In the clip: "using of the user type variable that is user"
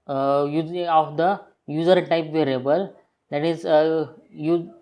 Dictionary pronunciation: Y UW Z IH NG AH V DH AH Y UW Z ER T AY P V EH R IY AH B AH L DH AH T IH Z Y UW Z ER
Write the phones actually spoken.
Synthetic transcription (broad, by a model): Y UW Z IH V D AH Y UW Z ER T AY P V EH R IY AH B AH L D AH T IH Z Y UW